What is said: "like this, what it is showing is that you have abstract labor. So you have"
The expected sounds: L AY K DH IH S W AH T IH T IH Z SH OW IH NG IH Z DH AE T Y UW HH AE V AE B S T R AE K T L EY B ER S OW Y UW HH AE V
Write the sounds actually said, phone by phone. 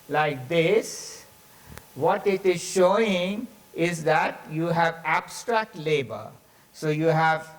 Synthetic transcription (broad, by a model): L AY K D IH S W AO T IH T IH Z SH OW IH NG IH Z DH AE T Y UW HH AE V AE B S T R AE K T L EY B ER S OW Y UW HH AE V